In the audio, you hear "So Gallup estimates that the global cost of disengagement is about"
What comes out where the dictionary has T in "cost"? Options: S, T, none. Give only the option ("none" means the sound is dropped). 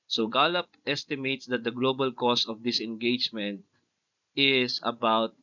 none